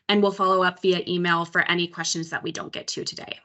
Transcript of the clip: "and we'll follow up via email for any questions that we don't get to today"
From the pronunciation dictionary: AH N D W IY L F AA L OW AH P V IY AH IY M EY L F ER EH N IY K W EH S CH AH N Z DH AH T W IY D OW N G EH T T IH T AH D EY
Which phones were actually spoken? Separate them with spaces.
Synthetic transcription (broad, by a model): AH N W IY L F AA L OW AH P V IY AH IY M EY L F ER EH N IY K W EH S CH AH N Z DH AH T W IY D OW N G EH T T IH T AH D EY